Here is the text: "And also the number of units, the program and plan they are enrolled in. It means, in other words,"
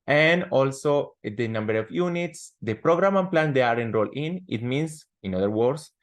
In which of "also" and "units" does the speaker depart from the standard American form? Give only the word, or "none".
none